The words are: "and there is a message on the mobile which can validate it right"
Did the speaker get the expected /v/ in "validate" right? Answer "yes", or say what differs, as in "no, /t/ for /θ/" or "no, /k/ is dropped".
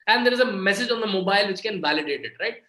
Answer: yes